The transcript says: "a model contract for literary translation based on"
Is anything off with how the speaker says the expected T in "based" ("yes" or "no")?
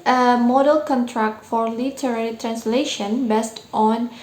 no